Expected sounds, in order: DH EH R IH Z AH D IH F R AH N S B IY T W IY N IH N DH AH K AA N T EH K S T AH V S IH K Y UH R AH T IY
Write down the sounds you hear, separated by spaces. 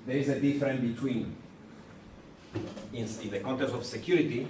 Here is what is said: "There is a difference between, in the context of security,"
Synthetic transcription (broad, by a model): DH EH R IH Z AH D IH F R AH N B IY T W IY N IH N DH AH K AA N T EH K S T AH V S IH K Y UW R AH T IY